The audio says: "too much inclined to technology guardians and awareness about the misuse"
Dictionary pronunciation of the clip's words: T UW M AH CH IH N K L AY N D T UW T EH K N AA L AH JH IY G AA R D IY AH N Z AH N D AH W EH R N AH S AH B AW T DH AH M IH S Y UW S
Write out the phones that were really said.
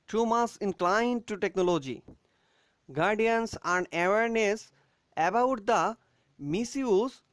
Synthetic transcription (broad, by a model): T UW M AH S IH N K L AY N D T UW T EH K N AA L AH JH IY G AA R D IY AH N S AH N D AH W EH R N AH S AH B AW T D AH M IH S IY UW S